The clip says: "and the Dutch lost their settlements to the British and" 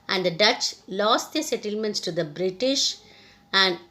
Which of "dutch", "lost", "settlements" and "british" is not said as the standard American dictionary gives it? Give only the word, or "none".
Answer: none